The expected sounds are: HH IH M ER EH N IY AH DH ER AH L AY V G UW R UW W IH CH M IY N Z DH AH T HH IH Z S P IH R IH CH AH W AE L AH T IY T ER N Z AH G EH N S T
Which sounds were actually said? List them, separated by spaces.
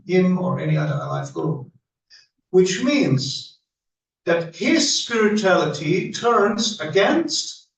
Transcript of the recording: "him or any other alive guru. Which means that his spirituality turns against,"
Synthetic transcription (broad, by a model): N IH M ER EH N IY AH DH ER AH L AY F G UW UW W IH CH M IY N Z DH AH T HH IH Z S P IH R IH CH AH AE L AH T IY T ER N Z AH G EH N S T